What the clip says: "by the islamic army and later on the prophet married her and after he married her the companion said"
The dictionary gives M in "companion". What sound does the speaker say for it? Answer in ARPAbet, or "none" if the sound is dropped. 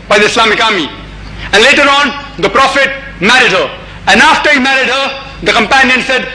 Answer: M